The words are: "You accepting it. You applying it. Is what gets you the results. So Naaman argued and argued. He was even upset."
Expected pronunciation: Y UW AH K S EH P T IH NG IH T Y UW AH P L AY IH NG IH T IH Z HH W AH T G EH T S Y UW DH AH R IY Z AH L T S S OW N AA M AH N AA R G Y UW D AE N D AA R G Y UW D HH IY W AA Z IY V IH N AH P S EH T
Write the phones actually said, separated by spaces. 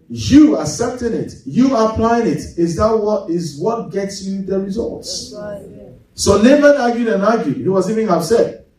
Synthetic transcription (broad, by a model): Y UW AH S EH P T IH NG IH T Y UW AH P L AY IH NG IH T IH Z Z W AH T G EH T S Y UW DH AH R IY Z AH L T S S OW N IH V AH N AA G Y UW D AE N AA G Y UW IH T W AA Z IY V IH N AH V S EH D